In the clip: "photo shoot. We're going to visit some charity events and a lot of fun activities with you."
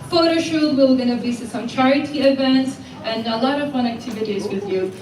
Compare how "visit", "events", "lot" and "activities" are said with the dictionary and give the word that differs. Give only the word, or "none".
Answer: visit